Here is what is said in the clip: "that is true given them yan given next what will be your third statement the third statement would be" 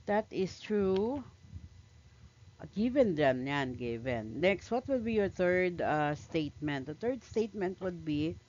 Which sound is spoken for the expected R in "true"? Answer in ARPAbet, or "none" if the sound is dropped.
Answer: R